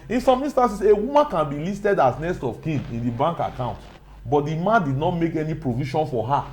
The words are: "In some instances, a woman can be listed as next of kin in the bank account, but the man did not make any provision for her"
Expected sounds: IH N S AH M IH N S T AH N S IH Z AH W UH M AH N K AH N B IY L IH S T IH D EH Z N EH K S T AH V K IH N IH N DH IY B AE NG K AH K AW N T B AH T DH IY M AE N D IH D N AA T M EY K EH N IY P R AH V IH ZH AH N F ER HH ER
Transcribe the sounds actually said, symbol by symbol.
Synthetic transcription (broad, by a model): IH N S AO M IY N S T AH N S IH S AH W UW M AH N K AH N B IY L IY S T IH D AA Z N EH S T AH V K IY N IH N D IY B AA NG K AH K AW N T B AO T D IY M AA N D IH D N AA T M EY K EH N IY P R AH V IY SH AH N F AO HH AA